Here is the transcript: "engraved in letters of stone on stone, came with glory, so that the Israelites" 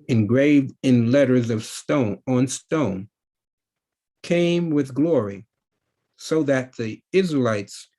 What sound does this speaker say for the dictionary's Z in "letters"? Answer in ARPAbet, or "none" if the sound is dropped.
Z